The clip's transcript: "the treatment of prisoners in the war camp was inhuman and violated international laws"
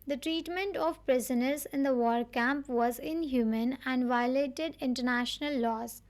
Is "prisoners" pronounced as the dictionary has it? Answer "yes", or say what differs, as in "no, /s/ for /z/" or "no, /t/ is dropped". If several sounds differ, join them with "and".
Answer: yes